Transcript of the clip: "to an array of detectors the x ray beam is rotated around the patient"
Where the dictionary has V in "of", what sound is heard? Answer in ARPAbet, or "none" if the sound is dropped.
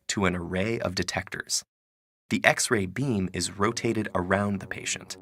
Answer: V